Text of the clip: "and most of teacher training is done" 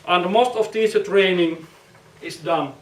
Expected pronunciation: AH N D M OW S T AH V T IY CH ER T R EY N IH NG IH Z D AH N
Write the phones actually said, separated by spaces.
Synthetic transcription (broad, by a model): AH N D M OW S T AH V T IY S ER T R EY N IH NG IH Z D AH N